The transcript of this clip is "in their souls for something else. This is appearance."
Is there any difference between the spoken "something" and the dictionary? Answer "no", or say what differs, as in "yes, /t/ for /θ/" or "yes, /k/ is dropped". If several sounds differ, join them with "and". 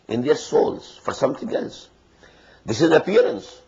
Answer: yes, /t/ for /θ/